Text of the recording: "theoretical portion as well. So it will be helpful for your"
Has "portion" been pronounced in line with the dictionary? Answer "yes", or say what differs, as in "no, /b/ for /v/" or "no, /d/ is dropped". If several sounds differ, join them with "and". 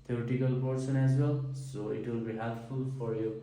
no, /s/ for /ʃ/